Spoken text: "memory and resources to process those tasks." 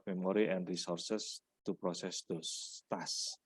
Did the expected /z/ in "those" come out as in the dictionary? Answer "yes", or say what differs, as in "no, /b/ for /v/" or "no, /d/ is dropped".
no, /z/ is dropped